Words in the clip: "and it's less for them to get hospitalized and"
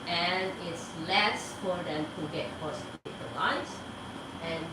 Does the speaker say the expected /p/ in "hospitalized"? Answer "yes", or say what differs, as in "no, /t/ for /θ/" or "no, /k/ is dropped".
no, /p/ is dropped